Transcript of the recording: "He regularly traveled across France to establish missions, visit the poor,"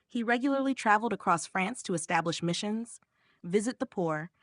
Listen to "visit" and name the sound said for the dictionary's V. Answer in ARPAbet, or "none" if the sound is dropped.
V